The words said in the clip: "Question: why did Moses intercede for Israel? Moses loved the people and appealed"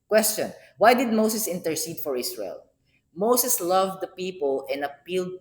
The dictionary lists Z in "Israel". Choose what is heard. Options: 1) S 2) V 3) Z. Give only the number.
1